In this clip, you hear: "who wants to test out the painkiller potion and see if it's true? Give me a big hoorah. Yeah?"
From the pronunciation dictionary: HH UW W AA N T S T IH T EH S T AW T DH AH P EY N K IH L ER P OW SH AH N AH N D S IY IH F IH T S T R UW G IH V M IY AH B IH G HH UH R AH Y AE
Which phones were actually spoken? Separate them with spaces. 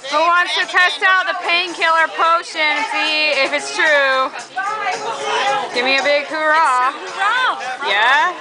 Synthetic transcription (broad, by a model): HH UW W AA N T S T IH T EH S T AW T DH AH P EY N K IH L ER P OW AH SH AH N S IY IH F IH T S T R UW G IH V M IY AH B IH G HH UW R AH Y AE